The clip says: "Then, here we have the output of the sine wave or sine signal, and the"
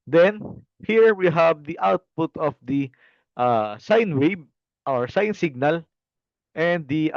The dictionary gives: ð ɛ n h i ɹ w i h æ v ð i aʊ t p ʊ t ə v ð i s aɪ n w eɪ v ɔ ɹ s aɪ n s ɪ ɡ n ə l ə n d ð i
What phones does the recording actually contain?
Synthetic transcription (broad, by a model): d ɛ n h i ɹ w i h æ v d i aʊ t p ʊ t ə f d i s aɪ n w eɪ b ɔ ɹ s aɪ n s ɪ ɡ n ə l ə n d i